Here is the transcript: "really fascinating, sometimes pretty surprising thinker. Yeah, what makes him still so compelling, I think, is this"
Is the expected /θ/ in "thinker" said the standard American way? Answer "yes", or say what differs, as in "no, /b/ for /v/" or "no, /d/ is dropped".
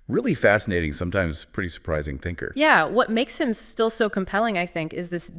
yes